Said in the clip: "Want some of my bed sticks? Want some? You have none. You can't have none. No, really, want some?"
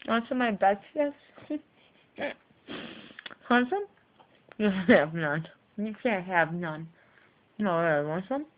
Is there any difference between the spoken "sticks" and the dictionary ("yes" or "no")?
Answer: yes